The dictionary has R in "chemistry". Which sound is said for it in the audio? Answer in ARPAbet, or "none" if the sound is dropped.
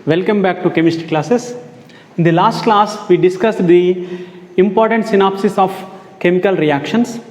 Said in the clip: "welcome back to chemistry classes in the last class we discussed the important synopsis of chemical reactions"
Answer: none